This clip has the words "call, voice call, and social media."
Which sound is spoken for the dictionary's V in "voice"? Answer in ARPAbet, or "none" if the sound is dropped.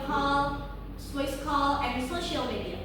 W